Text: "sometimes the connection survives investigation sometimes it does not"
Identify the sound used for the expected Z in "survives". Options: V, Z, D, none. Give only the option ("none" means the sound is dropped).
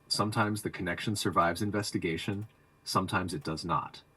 Z